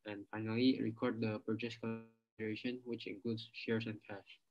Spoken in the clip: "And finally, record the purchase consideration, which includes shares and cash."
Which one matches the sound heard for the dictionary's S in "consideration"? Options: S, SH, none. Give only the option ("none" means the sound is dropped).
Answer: none